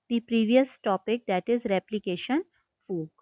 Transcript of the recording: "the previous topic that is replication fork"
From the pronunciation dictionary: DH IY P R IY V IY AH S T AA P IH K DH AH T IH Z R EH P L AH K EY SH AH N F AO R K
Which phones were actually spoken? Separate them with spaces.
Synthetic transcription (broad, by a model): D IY P R IY V IY AH S T AA P IH K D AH T IH Z R EH P L AH K EY SH AH N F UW